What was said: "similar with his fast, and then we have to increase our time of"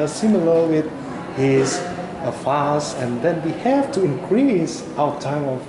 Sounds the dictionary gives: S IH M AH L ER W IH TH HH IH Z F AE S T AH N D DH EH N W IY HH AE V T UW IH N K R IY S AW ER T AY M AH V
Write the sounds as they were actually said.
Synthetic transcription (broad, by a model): S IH M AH L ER W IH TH HH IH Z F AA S AH N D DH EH N W IY HH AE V T UW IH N K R IY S AW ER T AY M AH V